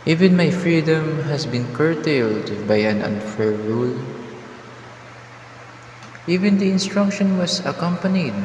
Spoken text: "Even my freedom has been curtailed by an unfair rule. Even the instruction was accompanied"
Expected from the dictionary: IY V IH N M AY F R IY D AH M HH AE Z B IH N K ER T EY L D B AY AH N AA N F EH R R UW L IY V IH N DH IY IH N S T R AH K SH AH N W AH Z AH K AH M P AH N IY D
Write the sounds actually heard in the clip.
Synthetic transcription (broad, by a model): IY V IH N M AY F R IY D AH M HH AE S B IH N K ER T EY L D B AY AH N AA N F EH R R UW L IY V IH N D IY IH N S T R AH K SH AH N W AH S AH K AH M P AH N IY D